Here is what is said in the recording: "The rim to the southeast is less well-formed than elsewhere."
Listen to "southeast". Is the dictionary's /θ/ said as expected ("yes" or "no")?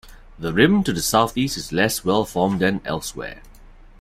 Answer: yes